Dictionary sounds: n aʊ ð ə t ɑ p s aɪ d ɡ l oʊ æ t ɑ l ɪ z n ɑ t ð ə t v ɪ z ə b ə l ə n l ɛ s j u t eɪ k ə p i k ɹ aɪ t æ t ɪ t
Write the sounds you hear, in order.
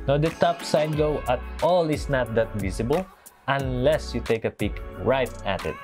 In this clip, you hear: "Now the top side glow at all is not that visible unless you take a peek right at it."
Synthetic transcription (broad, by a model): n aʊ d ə t ɑ p s aɪ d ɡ oʊ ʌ t ɑ l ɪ s n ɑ t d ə t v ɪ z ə b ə l ə n l ɛ s j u t eɪ k ə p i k ɹ aɪ t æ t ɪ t